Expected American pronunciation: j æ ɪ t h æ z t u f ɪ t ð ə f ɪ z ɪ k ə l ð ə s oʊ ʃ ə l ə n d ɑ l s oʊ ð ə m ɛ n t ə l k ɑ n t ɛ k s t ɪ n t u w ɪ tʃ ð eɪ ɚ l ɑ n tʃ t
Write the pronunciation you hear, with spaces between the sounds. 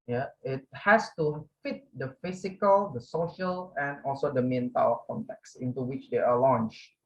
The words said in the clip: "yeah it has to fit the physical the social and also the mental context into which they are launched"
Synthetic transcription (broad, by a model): j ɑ ɪ t h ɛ s t u f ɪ t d ə f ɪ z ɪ k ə l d ə s oʊ ʃ ə l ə n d ɑ l s oʊ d ə m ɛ n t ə w k ɑ n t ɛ k s ɪ n t u w ɪ tʃ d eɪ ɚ l ɑ n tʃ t